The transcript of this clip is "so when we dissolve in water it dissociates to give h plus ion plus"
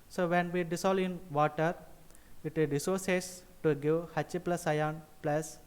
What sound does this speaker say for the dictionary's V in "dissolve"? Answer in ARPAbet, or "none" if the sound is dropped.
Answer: none